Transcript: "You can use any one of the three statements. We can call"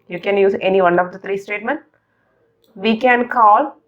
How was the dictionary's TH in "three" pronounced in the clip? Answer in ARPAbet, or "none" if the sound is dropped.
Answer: T